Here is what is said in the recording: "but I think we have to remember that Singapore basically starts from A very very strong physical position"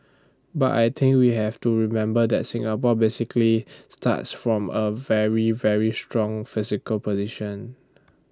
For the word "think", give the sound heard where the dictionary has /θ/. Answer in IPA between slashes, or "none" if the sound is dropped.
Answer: /t/